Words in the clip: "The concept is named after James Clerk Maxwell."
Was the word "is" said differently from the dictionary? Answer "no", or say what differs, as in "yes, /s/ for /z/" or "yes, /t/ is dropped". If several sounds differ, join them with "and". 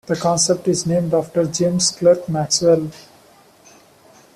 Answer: no